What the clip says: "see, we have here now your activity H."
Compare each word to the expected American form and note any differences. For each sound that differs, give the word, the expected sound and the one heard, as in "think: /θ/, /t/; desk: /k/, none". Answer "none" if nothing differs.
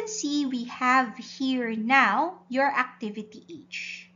none